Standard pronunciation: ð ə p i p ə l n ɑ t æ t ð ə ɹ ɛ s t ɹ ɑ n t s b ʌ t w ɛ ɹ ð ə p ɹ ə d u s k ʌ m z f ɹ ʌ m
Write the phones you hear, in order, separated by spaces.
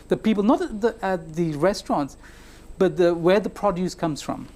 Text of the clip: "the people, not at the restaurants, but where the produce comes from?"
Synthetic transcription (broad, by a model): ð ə p i p ə l n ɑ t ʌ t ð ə ɹ ɛ s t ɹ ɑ n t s b ʌ t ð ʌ w ð ə p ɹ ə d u s k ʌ m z f ɹ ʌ m